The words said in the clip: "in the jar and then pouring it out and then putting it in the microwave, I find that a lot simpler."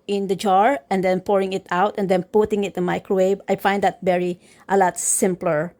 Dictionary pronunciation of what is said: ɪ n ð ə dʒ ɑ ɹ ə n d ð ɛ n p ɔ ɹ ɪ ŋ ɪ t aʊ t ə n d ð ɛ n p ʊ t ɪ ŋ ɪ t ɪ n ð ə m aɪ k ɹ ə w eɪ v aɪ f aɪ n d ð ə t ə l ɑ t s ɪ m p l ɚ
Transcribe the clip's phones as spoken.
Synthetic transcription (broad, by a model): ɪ n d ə dʒ ɑ ɹ ə n d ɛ n p ɔ ɹ ɪ ŋ ɪ t aʊ t ə n d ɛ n p ʊ t ɪ ŋ ɪ t ɪ n m aɪ k ɹ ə w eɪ b aɪ f aɪ n d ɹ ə t ə l ɑ t s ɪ m p l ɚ